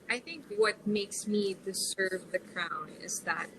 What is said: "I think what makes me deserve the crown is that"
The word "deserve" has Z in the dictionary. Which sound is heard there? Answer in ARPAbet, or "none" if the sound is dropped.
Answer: S